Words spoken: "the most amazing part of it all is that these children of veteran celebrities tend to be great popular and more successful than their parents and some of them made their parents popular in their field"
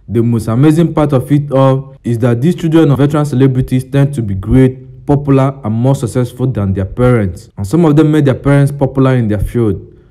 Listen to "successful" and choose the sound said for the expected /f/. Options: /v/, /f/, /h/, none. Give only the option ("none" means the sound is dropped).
/f/